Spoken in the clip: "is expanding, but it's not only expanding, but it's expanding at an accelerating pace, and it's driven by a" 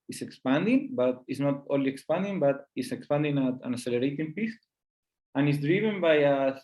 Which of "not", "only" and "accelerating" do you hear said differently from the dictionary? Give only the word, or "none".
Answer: accelerating